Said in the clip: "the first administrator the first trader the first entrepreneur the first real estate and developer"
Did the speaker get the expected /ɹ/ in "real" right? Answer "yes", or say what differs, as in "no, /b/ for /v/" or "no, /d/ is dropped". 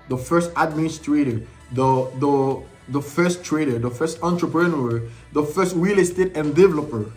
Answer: no, /w/ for /ɹ/